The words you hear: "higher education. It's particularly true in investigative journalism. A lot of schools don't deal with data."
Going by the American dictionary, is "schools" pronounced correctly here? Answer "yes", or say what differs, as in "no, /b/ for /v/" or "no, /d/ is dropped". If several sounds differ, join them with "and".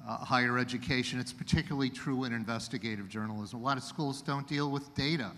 yes